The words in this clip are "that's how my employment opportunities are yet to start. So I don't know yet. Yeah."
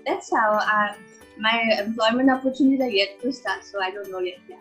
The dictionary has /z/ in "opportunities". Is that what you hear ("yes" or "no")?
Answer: no